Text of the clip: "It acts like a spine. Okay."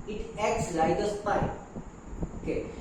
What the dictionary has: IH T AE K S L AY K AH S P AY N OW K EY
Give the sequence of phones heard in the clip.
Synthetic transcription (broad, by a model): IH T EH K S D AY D AH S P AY OW K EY